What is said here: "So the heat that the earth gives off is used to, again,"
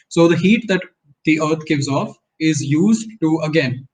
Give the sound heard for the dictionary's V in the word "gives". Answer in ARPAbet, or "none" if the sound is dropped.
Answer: V